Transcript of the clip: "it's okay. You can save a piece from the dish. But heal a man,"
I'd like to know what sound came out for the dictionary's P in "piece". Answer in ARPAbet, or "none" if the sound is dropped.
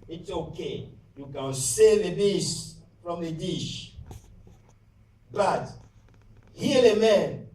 B